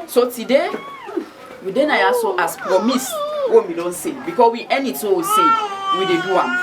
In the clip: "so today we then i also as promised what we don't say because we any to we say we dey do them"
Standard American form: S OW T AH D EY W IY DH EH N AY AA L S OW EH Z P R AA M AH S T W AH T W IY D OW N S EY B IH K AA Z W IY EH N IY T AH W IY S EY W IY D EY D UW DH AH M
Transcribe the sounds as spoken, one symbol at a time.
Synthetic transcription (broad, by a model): S OW T AH D EY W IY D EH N AY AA S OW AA S P R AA M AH S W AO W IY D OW N S EY B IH K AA S W IY EH N IY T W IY S EY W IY D EY D UW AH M